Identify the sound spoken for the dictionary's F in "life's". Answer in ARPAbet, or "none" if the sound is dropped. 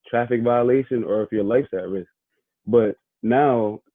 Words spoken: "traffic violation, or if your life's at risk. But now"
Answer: F